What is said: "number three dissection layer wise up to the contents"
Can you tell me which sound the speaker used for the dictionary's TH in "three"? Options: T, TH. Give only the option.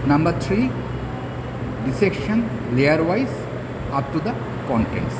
T